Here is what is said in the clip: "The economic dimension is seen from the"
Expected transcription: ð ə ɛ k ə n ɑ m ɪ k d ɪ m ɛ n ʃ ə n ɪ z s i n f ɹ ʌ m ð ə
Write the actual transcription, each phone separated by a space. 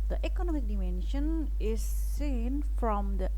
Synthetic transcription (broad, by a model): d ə ɛ k ə n ɑ m ɪ k d ɪ m ɛ n ʃ ə n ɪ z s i n f ɹ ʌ m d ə